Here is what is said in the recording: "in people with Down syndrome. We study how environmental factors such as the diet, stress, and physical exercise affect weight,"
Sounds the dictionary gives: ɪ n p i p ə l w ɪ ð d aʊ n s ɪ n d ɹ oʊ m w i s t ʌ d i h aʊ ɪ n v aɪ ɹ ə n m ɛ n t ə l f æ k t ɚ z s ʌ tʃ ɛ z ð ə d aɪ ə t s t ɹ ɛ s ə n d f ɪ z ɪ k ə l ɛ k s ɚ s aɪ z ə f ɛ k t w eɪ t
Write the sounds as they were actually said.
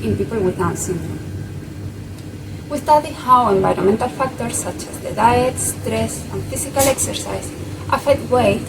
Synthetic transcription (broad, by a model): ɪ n p i p ə l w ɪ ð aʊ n s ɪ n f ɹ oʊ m w i s t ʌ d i h aʊ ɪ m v aɪ ɹ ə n m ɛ n t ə l f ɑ k t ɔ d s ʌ tʃ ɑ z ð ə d aɪ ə t s t ɹ ɛ s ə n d f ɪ s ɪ k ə l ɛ k s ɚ s aɪ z ə f ɛ k t w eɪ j